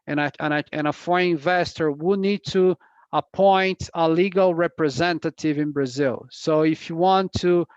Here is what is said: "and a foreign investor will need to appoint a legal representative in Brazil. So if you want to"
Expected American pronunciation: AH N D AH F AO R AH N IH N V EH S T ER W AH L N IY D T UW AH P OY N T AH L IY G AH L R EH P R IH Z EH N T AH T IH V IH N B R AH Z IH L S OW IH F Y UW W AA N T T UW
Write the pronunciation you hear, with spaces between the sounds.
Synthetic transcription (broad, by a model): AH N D AH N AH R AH IH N V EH S T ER W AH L N IY D T UW AH P OY N T AH L IY G AH L R EH P R IH Z EH N T AH T IH V IH N B R AH Z IH L S OW IH F Y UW W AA N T T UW